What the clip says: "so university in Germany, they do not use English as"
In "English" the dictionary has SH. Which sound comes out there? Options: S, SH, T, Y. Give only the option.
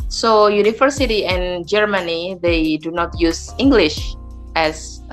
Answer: SH